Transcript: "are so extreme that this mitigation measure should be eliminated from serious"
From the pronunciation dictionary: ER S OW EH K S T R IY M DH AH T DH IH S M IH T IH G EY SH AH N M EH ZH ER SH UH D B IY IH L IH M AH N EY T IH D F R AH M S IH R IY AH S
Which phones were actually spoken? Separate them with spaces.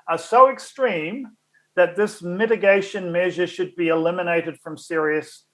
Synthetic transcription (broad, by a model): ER S OW EH K S T R IY M DH AH T DH IH S M IH T IH G EY SH AH N M EH ZH ER SH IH D B IY IH L IH M AH N EY T IH D F R AH M S IH R IY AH S